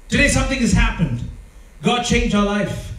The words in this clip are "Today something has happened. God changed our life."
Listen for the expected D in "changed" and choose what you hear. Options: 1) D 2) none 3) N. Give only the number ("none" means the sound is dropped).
2